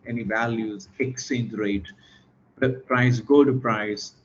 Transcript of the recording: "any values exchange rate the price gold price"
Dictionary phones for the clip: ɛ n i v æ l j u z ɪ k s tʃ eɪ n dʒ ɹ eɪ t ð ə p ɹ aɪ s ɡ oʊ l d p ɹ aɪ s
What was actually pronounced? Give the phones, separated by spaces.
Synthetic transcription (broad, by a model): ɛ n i v æ l j u z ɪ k s eɪ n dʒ ɹ eɪ t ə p ɹ aɪ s ɡ oʊ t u p ɹ aɪ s